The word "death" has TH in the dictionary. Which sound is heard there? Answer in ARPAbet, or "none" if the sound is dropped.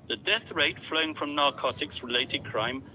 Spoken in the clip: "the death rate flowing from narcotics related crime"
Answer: TH